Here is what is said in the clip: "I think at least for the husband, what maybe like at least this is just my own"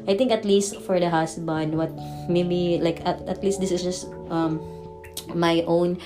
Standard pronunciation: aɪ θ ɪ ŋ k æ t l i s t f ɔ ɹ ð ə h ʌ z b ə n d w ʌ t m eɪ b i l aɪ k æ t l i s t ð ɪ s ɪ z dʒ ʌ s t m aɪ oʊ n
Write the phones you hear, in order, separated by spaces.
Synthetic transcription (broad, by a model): aɪ t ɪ ŋ k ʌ t l i s t f ɔ ɹ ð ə h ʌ s b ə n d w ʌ t m eɪ b i l aɪ k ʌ t l i s t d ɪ s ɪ s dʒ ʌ s t m aɪ oʊ n